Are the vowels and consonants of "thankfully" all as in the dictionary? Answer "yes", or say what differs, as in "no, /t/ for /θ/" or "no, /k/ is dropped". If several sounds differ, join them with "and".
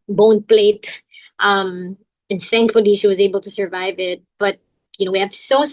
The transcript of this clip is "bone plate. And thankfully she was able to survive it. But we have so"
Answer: yes